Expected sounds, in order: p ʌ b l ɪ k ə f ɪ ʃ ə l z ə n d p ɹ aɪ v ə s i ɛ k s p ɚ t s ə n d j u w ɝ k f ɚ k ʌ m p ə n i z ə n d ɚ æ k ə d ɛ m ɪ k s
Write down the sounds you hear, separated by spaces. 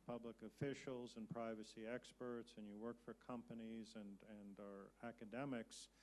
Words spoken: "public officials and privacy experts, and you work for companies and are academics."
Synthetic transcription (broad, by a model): p ʌ b l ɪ k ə f ɪ ʃ l z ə n p ɹ aɪ v ə s i ɛ k s p ɚ t s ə n j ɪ w ɝ k f ɚ k ʌ m p ə n i z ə n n ɚ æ k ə d ɛ m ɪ k s